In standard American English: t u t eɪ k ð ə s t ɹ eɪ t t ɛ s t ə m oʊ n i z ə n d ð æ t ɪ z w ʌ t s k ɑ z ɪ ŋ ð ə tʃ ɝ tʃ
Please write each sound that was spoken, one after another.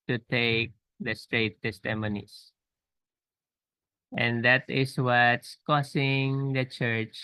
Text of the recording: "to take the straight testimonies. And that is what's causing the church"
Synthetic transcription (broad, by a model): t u t eɪ k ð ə s t ɹ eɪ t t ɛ s t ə m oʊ n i s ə n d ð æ t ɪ s w ʌ t s k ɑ s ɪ ŋ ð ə tʃ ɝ tʃ